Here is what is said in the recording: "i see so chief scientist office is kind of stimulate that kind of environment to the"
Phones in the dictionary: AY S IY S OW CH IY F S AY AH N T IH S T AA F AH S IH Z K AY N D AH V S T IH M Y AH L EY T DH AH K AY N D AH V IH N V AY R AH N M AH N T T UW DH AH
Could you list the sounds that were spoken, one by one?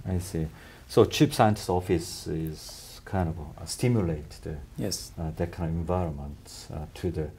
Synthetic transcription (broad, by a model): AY S IY S OW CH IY P S AY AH N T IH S AA F AH S IH Z K AY N D AH V S T IH M Y AH L EY T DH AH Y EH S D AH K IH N V AY R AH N M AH N T T UW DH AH